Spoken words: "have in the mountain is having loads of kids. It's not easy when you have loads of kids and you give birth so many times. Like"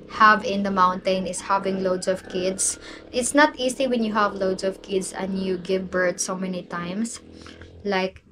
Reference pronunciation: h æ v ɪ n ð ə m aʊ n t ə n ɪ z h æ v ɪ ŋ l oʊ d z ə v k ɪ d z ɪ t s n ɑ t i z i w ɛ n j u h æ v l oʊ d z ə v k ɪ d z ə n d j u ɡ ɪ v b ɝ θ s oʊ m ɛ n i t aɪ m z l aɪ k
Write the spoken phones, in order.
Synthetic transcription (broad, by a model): h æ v ɪ n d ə m aʊ n t ə n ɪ s h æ v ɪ ŋ l oʊ d s ə v k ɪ d s ɪ t s n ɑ t i s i w ɛ n j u h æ v l oʊ d s ə v k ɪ d s ə n d j u ɡ ɪ v b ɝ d s oʊ m ɛ n i t aɪ m s l aɪ k